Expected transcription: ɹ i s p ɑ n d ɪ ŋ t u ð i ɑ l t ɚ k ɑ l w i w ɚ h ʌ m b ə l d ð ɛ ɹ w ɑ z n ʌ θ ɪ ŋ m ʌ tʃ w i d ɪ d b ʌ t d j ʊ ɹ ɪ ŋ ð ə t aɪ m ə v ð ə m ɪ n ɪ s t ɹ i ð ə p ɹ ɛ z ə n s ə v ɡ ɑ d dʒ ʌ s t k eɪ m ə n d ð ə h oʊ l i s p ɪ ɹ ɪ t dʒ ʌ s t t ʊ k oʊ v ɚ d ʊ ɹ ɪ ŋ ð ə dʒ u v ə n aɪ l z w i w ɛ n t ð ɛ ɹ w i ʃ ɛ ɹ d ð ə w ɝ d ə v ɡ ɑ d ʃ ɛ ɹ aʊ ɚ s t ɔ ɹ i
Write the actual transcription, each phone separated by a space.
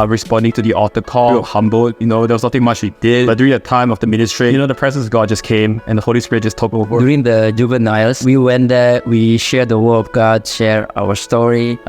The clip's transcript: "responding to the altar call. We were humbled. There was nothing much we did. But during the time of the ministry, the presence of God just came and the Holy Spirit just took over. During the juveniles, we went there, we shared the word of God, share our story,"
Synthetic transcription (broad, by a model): ɹ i s p ɑ n d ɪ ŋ t u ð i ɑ t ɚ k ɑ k h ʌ m b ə n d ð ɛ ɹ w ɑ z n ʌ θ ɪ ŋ m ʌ tʃ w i d ɪ d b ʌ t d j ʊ ɹ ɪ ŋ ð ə t aɪ m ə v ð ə m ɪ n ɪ s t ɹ i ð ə p ɹ ɛ z ə n s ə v ɡ ɑ d dʒ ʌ s k eɪ m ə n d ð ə h oʊ l i s p ɪ ɹ ɪ t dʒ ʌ s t t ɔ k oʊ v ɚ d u ɹ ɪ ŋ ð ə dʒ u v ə n aɪ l s w i w ɛ n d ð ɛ w i ʃ ɛ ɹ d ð ə w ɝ ə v ɡ ɑ d ʃ ɛ ɹ aʊ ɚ s t ɔ ɹ i